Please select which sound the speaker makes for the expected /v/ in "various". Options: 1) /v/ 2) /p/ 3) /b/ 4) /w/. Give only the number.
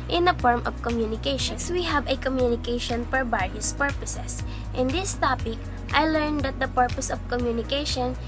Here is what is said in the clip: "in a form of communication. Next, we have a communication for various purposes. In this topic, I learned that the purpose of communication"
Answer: 3